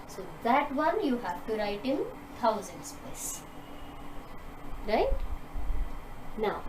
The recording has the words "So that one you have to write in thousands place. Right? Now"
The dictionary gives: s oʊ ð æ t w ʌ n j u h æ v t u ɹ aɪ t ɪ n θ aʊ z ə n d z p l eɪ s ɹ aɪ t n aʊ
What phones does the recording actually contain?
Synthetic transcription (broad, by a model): s oʊ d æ t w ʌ n j u h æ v t u ɹ aɪ t ɪ n t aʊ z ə n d s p eɪ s ɹ aɪ t n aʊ